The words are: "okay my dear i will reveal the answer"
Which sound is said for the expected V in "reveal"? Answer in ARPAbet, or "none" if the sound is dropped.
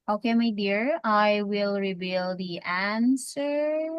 B